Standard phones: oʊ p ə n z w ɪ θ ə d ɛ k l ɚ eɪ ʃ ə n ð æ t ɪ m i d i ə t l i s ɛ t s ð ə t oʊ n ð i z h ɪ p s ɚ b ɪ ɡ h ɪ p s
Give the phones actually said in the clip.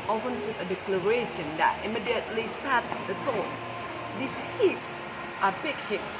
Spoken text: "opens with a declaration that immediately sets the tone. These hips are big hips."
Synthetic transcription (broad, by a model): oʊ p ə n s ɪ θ ə d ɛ k l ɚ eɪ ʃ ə n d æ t ɪ m i d i ə t l i s ɛ t s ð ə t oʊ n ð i s h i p s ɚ b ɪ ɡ h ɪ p s